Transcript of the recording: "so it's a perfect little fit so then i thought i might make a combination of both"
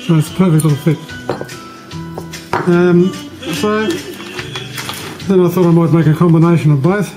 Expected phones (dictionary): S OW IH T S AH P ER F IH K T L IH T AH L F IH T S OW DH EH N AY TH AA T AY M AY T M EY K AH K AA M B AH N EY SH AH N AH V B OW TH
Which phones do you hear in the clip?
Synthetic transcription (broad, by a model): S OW IH T S P ER F IH K T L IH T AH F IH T S OW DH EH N AY TH AA T AY M AY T M EY K AH K AA M B AH N EY SH AH N AH V B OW TH